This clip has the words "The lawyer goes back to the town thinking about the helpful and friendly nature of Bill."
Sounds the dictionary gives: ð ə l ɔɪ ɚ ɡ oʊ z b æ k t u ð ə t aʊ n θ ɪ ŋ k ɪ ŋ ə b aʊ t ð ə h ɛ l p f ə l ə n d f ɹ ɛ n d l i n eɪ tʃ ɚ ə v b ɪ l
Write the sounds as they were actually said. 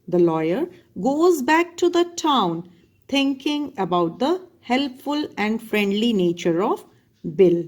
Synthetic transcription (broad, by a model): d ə l ɔɪ ɚ ɡ oʊ z b æ k t u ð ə t aʊ n t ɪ ŋ k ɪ ŋ ə b aʊ t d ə h ɛ l p f ə l ə n d f ɹ ɛ n d l i n eɪ tʃ ɚ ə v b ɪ l